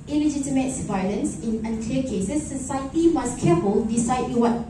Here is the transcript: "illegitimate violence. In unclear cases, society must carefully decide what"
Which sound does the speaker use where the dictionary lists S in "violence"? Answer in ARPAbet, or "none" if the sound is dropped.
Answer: S